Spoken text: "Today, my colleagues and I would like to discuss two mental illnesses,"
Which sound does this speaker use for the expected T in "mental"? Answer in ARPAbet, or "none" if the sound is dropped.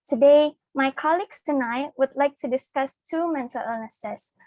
S